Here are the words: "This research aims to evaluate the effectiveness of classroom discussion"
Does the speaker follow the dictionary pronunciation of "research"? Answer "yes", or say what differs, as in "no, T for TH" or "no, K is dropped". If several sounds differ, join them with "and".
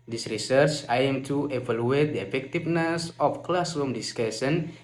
yes